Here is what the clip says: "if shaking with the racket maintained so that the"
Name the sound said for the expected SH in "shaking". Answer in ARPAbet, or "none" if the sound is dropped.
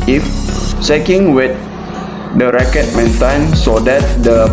S